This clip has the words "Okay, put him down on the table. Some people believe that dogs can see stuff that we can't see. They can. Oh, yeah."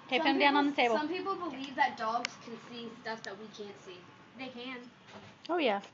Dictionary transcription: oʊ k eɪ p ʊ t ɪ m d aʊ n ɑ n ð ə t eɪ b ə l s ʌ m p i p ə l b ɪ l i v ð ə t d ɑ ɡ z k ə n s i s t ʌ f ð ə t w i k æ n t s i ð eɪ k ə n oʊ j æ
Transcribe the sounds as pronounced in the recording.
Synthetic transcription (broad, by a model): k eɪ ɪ ɪ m d aʊ n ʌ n ð ə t eɪ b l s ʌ m p i p l b ɪ l i v ð ə t d ɑ ɡ z k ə n s i s t ʌ f ð ə t w i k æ n t s i ð eɪ k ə n oʊ j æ